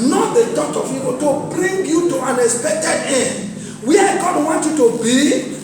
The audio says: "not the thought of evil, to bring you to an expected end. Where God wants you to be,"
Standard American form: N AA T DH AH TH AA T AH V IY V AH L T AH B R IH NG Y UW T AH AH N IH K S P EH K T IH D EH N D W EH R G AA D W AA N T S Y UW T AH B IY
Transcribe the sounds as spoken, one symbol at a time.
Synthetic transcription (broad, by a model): N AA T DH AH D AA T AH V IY P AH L T AH B R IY NG Y UW T AH AH N IH K S P EH K T IH D EH N D W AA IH G AA D W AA N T Y UW T AH B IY